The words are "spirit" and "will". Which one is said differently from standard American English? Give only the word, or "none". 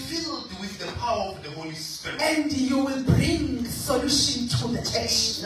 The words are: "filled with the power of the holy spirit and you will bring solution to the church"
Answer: spirit